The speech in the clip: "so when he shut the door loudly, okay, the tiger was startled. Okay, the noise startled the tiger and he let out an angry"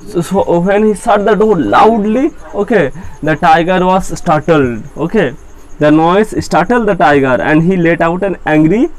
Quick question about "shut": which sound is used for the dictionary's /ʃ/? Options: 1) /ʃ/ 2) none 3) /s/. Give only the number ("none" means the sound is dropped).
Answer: 3